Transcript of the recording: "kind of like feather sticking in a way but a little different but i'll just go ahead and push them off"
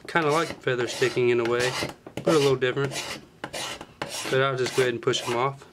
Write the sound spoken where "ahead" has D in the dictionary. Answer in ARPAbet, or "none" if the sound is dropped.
none